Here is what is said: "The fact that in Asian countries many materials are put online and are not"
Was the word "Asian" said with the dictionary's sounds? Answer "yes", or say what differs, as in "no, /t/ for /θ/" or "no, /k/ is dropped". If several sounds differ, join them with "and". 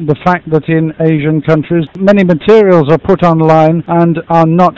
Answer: yes